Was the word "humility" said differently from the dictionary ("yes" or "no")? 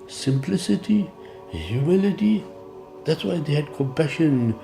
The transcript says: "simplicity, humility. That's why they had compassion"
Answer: no